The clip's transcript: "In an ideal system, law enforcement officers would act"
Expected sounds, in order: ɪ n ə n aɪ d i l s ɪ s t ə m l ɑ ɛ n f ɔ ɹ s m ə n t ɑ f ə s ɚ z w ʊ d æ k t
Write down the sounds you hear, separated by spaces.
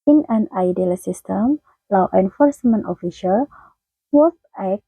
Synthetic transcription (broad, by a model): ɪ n ə n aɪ d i l s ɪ s t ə m l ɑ ɛ n f ɔ ɹ s m ə n t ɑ f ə ʃ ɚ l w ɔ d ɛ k